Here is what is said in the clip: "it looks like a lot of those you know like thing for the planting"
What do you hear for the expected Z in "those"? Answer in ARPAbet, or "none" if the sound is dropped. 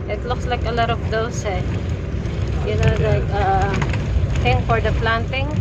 S